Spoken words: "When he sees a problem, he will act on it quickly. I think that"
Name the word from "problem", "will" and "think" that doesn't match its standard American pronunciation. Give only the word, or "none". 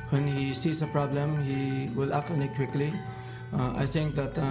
think